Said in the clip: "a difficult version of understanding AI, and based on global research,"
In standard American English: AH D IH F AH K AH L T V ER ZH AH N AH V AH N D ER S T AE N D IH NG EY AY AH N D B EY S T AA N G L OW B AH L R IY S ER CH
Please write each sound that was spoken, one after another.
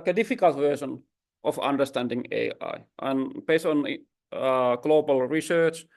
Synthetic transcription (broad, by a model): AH D IH F AH K AH L T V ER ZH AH N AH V AH N D ER S T AE N D IH NG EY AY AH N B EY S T AA N G L OW B AH L R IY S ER CH